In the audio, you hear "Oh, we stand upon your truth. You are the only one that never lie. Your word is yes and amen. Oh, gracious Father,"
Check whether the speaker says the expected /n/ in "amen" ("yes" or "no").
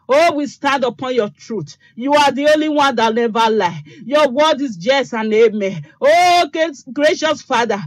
no